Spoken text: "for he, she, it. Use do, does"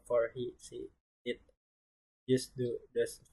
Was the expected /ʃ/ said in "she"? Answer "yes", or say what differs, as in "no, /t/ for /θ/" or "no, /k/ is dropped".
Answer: no, /s/ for /ʃ/